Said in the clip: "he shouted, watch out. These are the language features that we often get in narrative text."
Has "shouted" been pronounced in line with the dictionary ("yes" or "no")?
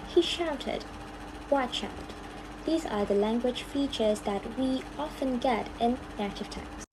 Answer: yes